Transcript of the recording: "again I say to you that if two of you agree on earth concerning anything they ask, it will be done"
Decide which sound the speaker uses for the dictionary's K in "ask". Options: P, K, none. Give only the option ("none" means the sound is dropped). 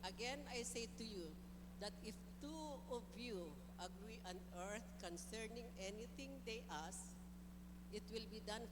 none